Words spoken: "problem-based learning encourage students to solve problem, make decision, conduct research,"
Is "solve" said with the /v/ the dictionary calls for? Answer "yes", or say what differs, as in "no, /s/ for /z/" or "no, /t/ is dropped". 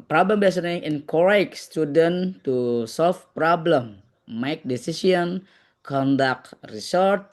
no, /f/ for /v/